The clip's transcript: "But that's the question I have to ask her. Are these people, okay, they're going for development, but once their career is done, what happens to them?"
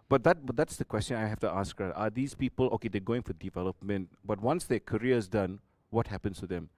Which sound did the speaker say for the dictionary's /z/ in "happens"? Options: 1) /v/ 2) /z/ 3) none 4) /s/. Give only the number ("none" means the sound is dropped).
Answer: 4